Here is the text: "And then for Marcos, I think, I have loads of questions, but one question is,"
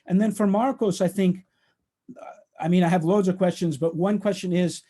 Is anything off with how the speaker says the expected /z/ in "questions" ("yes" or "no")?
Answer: no